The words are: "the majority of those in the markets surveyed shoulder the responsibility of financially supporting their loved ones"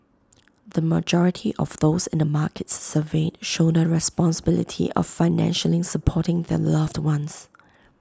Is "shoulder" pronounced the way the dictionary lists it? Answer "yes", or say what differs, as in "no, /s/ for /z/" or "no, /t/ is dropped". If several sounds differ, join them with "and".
no, /n/ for /l/